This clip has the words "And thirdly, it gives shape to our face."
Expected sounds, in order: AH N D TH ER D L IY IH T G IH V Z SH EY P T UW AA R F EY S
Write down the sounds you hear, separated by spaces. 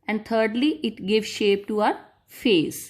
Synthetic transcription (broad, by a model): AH N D T ER D L IY IH T G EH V SH EY P T UW AA R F EY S